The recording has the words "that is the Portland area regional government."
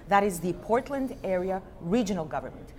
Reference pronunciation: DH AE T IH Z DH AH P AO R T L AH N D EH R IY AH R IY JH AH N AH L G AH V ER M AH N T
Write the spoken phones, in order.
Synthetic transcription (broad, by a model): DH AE T IH Z DH AH P AO R T L AH N D EH R IY AH R IY JH AH N AH L G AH V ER M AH N T